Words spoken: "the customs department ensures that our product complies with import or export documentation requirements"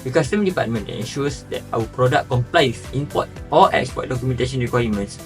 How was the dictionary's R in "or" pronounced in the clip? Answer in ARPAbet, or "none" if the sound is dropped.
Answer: L